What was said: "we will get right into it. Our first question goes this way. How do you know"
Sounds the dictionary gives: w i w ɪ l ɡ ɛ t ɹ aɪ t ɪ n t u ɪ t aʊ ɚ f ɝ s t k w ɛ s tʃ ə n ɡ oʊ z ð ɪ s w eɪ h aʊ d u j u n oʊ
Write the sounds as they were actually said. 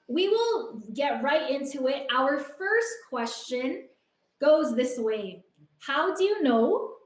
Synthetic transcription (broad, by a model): w i w ɪ l ɡ ɛ t ɹ aɪ t ɪ n t u ɪ t aʊ ɚ f ɝ s t k w ɛ s tʃ ə n ɡ oʊ z ð ɪ s w eɪ h aʊ d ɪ j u n oʊ